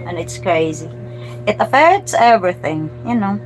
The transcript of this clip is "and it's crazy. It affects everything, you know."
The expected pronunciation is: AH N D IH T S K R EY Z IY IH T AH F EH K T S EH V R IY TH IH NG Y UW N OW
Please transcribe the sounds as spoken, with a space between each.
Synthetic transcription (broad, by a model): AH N IH T S K R EY Z IY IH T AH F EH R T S EH V R IY TH IH NG Y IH N OW